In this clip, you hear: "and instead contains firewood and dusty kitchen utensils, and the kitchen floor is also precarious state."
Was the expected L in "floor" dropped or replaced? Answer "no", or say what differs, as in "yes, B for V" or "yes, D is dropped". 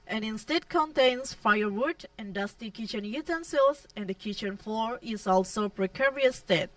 no